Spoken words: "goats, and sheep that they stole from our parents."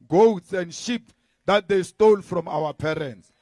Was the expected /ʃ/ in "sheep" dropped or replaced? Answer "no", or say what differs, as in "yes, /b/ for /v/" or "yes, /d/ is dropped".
no